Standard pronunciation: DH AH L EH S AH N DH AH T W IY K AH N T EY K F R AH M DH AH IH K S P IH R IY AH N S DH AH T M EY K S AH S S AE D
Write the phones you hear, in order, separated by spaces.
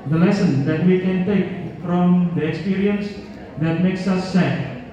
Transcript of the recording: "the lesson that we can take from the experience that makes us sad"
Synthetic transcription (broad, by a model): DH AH L EH S AH N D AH T W IY K AH N T EY K F R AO M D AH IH K S P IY R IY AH N S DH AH T M EY K S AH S S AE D